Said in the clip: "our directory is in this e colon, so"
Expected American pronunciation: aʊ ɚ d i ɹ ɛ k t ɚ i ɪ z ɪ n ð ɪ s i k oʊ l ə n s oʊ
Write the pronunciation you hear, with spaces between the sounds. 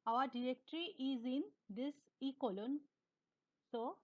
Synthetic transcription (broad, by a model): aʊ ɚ d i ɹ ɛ k t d i ɪ z ɪ n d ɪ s i k oʊ l ə n s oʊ